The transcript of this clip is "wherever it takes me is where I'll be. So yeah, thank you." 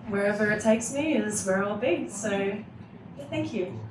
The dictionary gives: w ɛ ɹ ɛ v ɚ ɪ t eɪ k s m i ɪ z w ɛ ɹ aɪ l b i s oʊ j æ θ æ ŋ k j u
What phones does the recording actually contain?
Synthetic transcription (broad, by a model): w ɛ ɹ ɛ v ɚ ɪ t eɪ k s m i ɪ z w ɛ ɹ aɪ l b i s oʊ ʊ θ æ ŋ k j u